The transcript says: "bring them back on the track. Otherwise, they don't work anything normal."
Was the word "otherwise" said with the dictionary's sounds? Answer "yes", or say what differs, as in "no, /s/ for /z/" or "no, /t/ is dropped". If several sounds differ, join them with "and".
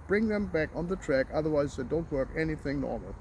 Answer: yes